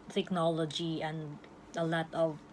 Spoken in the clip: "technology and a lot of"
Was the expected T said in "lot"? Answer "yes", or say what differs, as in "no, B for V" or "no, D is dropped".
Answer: yes